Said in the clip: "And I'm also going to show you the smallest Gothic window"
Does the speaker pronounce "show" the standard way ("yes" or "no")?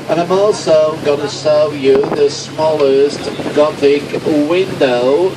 no